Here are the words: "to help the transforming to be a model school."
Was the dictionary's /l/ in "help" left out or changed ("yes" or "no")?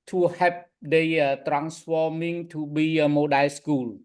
yes